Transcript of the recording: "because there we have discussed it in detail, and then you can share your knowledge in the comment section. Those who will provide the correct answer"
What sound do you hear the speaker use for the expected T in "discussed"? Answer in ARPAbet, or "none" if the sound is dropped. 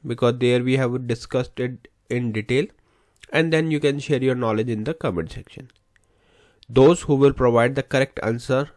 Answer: T